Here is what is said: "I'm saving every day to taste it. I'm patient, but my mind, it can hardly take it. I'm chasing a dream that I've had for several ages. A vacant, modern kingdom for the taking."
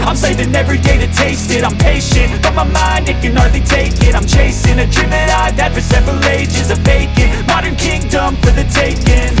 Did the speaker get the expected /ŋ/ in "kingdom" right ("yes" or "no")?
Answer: yes